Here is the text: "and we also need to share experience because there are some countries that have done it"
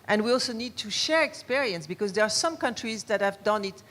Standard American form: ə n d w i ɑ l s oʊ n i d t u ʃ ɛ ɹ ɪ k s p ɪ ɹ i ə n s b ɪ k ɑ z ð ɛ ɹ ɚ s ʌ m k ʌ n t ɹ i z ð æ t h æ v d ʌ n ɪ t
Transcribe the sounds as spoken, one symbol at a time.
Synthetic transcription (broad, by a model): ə n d w i ɑ l s oʊ n i d t u ʃ ɛ ɹ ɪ k s p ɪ ɹ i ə n s b ɪ k ɑ z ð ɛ ɹ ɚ s ʌ m k ʌ n t ɹ i z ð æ t h æ v d ʌ n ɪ t